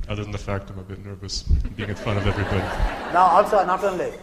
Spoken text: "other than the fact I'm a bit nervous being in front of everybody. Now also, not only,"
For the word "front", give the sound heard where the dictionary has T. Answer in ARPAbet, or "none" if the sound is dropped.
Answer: none